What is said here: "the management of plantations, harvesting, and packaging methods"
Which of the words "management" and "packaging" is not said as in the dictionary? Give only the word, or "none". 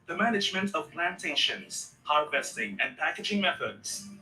none